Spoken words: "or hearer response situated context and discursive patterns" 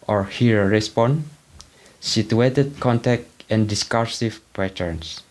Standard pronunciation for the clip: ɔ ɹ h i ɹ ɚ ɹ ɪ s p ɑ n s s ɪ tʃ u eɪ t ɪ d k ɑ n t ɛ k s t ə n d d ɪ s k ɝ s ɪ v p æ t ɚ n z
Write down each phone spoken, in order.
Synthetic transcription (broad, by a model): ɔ ɹ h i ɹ ɹ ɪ s p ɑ n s s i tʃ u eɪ t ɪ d k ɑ n t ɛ k t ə n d d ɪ s k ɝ s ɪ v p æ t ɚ n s